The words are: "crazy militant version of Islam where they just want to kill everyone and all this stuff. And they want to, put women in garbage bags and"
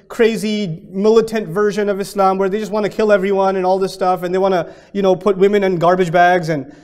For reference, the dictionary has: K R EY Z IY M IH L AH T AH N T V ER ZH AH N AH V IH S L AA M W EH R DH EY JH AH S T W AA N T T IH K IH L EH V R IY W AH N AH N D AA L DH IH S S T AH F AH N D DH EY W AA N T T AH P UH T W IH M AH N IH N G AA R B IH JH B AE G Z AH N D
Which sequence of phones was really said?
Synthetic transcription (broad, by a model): K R EY Z IY M IH L AH T AH N T V ER ZH AH N AH V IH S L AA M W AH R DH EY JH AH S T W AA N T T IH K IH L EH V R IY W AH N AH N AA L DH IH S S T AH F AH N DH EY W AA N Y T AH P UH T W IH M AH N IH N G AA R B IH JH B AE G Z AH N